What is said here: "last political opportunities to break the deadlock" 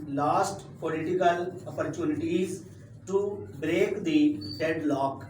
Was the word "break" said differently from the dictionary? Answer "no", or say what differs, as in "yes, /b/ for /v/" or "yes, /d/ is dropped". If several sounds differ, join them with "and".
no